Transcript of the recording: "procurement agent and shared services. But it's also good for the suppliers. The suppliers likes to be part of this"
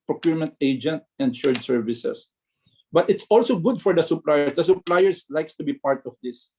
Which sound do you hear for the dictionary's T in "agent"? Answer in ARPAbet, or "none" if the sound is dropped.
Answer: T